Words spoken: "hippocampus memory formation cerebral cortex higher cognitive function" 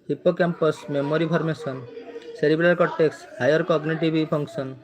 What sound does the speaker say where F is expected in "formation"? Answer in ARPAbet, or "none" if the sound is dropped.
P